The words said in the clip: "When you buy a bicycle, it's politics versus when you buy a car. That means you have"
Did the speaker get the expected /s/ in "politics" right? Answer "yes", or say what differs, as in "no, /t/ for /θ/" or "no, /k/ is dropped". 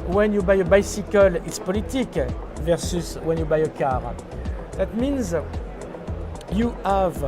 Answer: no, /s/ is dropped